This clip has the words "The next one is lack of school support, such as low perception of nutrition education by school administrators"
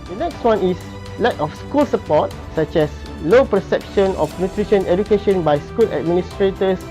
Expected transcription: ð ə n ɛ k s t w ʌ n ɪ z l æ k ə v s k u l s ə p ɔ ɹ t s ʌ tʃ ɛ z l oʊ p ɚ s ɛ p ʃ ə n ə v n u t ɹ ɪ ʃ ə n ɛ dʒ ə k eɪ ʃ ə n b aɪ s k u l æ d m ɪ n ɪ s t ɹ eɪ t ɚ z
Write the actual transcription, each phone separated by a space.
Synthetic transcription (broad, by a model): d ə n ɛ k s t w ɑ n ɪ s l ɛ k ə f s k u l s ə p ɔ t s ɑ tʃ ɛ s l oʊ p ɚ s ɛ p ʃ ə n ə f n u t ɹ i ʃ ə n ɛ dʒ ə k eɪ ʃ ə n b aɪ s k u l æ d m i n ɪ s t ɹ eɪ t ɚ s